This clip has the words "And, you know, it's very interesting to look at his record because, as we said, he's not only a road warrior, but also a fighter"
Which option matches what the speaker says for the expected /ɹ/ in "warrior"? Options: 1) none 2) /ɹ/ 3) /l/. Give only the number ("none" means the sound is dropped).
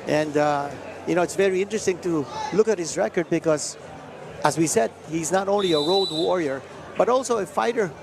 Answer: 2